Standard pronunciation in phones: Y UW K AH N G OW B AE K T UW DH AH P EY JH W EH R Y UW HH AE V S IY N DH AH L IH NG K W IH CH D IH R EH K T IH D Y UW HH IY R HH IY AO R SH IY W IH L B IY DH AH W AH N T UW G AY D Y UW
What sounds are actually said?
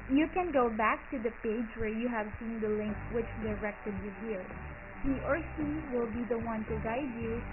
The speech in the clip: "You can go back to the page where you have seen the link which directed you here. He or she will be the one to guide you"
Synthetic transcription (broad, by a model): Y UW K AH N G OW B AE K T UW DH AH P EY JH W EH R Y UW HH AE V S IY N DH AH L IH NG K W IH CH D IH R EH K T IH D Y UW HH IY R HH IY AO R S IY W IH L B IY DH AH W AH N T UW G AY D Y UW